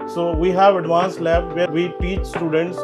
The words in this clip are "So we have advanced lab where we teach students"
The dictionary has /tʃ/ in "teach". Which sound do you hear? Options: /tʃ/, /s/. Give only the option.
/tʃ/